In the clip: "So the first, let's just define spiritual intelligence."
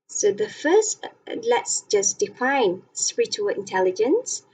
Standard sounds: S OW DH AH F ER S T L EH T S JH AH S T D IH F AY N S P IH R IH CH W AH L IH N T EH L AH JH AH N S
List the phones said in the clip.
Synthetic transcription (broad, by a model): S OW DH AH F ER S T L EH T S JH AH S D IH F AY N S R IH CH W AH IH N T EH L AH JH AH N S